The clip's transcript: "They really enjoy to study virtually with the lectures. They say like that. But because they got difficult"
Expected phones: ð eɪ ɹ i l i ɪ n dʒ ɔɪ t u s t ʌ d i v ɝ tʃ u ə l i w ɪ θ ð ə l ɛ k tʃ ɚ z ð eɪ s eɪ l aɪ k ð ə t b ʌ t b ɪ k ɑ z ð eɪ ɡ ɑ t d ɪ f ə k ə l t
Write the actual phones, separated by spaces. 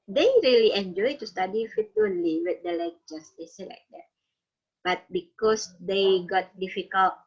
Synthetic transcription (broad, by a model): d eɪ ɹ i l i ɪ n dʒ ɔɪ t u s t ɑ d i f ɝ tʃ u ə l i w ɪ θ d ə l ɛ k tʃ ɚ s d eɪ s eɪ l aɪ k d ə t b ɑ t b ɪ k ɑ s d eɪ ɡ ɑ t d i f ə k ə l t